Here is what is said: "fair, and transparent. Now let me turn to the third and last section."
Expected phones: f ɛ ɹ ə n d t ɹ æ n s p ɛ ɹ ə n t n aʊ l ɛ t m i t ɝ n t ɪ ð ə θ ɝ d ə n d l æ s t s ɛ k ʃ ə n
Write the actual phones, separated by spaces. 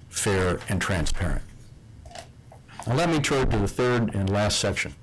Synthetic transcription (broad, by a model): f ɛ ɹ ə n t ɹ æ n s p ɛ ɹ ə n t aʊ l ɛ t m i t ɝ t ɪ ð ə θ ɝ d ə n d l æ s t s ɛ k ʃ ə n